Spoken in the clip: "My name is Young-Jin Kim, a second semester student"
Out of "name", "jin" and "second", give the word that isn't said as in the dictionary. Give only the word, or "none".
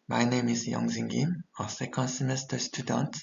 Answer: jin